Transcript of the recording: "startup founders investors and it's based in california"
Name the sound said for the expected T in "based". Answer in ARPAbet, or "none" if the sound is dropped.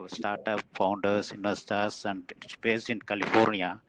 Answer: none